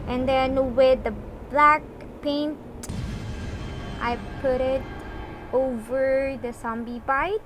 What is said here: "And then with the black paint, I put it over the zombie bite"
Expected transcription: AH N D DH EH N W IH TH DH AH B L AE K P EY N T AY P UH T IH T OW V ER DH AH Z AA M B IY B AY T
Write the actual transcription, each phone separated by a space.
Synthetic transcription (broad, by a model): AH N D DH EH N W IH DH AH B L AE K P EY N T AY P UH T IH T OW V ER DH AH S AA M B IY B AY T